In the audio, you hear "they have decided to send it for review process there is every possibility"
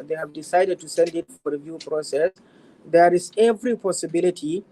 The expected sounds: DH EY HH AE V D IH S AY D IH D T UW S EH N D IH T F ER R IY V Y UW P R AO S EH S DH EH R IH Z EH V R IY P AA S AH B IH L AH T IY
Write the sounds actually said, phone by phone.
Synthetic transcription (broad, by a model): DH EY HH AE V D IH S AY D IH D T UW S EH N D IH T F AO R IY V Y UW P R AO S EH S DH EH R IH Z EH V R IY P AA S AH B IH L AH T IY